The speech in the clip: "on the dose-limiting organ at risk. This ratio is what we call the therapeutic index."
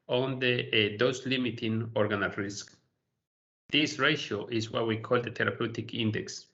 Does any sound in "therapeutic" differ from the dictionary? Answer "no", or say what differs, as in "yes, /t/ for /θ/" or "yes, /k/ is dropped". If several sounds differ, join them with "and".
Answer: yes, /t/ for /θ/